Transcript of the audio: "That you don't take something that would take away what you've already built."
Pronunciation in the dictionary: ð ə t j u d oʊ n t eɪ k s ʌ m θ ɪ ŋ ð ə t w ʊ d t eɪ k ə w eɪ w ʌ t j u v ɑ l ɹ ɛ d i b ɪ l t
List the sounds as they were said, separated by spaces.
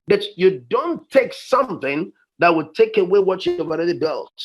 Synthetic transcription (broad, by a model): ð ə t j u d oʊ n t eɪ k s ʌ m θ ɪ ŋ ð ə t w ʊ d t eɪ k ə w eɪ w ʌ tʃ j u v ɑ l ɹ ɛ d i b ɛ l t